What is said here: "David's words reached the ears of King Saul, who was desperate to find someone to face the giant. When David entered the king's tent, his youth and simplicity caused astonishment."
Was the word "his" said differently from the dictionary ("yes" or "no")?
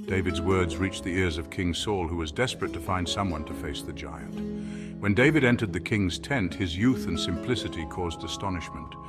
no